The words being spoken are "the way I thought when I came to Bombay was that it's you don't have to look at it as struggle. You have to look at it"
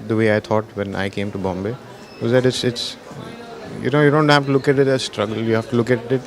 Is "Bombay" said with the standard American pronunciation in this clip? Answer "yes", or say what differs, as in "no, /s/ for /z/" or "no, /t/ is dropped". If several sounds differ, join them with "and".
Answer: yes